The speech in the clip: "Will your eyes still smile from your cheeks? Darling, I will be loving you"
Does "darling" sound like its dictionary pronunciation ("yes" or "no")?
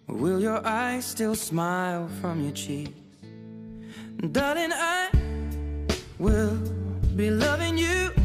no